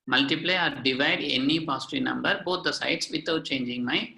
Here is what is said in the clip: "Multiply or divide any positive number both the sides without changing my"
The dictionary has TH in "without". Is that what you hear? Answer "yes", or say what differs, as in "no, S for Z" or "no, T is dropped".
no, T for TH